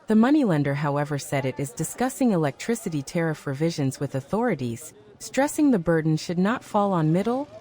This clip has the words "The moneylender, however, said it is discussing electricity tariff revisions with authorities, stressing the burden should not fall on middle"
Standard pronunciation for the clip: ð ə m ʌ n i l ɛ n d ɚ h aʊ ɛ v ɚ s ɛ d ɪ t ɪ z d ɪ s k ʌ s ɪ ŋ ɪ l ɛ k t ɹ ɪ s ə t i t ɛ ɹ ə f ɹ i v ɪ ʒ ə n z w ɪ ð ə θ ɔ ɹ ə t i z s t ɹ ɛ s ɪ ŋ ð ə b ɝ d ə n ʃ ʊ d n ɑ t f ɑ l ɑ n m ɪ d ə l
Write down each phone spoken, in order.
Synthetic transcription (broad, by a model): ð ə m ʌ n i l ɛ n d ɚ h aʊ ɛ v ɚ s ɛ d ɪ t ɪ z d ɪ s k ʌ s ɪ ŋ ɪ l ɛ k t ɹ ɪ s ə t i t ɛ ɹ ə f ɹ i v ɪ ʒ ə n z w ɪ ð ə θ ɔ ɹ ə t i z s t ɹ ɛ s ɪ ŋ ð ə b ɝ d n ʃ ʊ d n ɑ t f ɑ l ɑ n m ɪ d l